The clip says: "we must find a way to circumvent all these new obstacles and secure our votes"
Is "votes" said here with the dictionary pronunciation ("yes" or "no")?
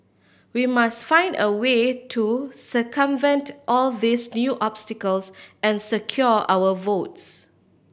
yes